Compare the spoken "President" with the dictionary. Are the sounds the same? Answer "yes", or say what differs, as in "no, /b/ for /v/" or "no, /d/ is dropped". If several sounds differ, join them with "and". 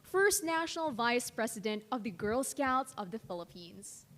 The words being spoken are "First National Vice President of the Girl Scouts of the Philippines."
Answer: no, /s/ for /z/